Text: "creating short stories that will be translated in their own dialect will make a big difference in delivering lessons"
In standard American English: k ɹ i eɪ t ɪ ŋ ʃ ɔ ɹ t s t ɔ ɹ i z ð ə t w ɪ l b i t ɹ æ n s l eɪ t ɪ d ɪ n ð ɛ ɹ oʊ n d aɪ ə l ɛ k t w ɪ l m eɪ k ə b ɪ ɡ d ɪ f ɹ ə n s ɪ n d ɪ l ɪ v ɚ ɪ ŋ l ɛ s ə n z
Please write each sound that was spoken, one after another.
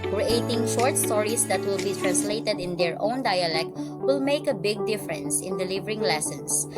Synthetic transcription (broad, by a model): k ɹ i eɪ t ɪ ŋ ʃ ɔ ɹ t s t ɔ ɹ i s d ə t w ɪ l b i t ɹ æ n s l eɪ t ɪ d ɪ n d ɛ ɹ oʊ n d aɪ ə l ɛ k t w ɪ l m eɪ k ə b ɪ ɡ d ɪ f ɹ ə n s ɪ n d ɪ l ɪ v ɚ ɪ ŋ l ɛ s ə n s